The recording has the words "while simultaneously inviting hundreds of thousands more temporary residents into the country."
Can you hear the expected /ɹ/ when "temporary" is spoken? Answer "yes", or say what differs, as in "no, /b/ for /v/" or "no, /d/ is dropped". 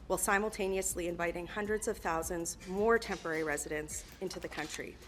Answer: yes